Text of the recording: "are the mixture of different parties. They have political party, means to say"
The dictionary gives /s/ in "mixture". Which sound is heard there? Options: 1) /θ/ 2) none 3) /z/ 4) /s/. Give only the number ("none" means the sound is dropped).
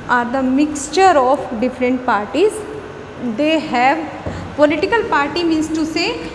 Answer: 4